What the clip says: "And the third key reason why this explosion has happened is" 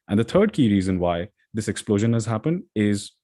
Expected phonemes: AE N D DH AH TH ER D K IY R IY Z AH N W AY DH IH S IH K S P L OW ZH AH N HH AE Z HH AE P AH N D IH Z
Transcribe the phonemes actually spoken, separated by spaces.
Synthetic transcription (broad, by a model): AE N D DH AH T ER D K IY R IY Z AH N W AY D IH S IH K S P L OW ZH AH N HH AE Z HH AE P AH N D IH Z